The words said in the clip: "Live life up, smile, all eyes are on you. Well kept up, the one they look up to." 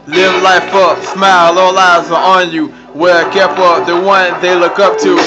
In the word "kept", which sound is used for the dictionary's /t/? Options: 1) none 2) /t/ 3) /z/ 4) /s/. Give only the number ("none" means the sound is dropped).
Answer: 1